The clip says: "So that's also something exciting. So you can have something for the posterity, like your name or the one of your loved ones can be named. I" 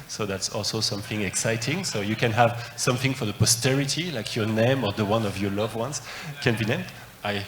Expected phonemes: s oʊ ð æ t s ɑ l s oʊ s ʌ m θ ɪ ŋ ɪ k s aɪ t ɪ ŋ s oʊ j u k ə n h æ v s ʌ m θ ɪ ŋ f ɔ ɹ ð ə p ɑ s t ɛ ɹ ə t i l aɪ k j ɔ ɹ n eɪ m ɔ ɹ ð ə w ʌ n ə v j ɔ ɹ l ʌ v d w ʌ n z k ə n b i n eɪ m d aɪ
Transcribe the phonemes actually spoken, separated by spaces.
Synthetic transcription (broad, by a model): s oʊ ð æ t s ɑ l s oʊ s ʌ m θ ɪ ŋ ɪ k s aɪ t ɪ ŋ s oʊ j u k ə n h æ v s ʌ m θ ɪ ŋ f ɔ ɹ ð ə p ɑ s t ɛ ɹ ə t i l aɪ k j ɔ ɹ n eɪ m ɔ ɹ ð ə w ʌ n ə v j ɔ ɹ l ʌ v w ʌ n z k ə n b i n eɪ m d aɪ